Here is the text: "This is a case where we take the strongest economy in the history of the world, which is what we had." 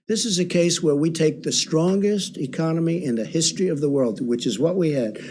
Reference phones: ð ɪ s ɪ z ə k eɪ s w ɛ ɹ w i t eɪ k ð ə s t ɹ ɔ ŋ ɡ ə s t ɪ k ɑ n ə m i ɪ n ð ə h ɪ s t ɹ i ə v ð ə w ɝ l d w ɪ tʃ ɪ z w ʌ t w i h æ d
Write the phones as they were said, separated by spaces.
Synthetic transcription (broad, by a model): ð ɪ s ɪ z ə k eɪ s w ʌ ɹ w i t eɪ k ð ə s t ɹ ɔ ŋ ɡ ə s t ɪ k ɑ n ə m i ɪ n ð ə h ɪ s t ɹ i ə v ð ə w ɝ l d w ɪ tʃ ɪ z w ʌ t w i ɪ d